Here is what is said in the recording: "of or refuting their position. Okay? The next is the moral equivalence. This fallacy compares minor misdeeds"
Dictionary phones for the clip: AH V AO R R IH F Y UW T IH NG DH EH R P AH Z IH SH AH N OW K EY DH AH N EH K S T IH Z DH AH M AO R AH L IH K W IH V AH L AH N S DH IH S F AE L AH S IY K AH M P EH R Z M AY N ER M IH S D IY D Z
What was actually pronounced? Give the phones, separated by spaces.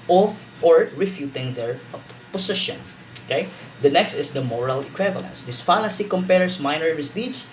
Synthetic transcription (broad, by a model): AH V AO R R IH F Y UW T IH NG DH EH R P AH S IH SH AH N OW K EY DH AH N EH K S T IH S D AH M AO R AH L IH K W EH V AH L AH N S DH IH S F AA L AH S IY K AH M P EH R S M AY N ER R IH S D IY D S